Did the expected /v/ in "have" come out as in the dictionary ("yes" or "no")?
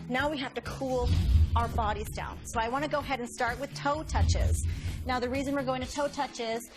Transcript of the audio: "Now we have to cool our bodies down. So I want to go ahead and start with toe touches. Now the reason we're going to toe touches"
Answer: no